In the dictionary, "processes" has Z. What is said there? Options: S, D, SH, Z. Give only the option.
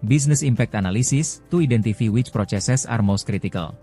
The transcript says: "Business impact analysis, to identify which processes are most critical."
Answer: S